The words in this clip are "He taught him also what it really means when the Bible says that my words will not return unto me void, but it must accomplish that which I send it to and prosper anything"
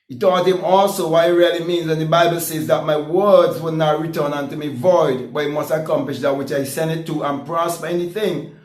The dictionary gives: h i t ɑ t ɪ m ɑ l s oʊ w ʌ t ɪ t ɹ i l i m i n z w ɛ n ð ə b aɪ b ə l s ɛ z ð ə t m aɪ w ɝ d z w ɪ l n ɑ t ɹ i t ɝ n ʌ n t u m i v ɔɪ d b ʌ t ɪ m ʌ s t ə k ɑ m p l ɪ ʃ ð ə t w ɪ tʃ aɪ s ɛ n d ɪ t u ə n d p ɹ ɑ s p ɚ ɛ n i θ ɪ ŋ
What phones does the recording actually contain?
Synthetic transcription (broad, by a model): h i t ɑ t ɪ m ɑ l s oʊ w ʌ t ɪ t ɹ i l i m i n z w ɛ n ð ə b aɪ b ə l s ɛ z ð ə t m aɪ w ɝ d z w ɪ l n ɑ t ɹ i t ɝ n ʌ n t u m i v ɔɪ d b ʌ t ɪ m ʌ s t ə k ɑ m p l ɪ ʃ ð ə t w ɪ tʃ aɪ s ɛ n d ɪ t u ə n p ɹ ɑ s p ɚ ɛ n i θ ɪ ŋ